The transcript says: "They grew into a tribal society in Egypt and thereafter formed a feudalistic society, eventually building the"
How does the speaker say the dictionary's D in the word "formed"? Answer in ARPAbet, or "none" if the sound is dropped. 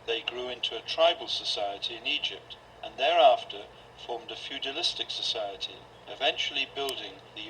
D